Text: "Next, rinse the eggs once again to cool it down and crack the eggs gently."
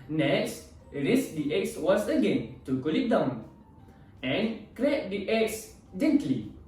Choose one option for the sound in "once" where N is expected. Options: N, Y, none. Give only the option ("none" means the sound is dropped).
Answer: none